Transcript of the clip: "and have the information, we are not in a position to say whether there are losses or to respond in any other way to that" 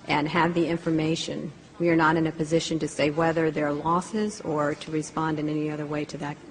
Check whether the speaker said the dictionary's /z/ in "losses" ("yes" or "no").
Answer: yes